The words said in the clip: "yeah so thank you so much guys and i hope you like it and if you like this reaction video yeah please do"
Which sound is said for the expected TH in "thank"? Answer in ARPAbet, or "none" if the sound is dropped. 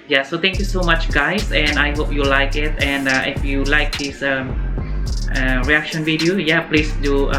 T